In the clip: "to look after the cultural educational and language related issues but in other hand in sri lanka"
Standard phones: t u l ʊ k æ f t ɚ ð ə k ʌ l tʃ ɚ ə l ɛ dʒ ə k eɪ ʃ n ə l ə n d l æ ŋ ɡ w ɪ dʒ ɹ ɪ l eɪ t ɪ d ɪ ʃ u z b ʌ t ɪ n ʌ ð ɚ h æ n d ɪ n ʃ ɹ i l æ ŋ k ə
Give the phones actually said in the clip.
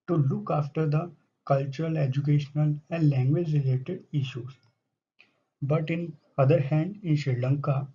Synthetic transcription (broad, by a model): t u l ʊ k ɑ f t ɚ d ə k ʌ l tʃ ɚ ə l ɛ dʒ ə k eɪ ʃ n ə l ə n d l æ ŋ ɡ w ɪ dʒ ɹ ɪ l eɪ t ɪ d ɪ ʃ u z b ʌ t ɪ n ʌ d ɚ h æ n d ɪ n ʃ ɹ l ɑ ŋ k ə